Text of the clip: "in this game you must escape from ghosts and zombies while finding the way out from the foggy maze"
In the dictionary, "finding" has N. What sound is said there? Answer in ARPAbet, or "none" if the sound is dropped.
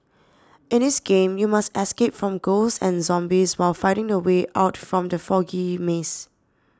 none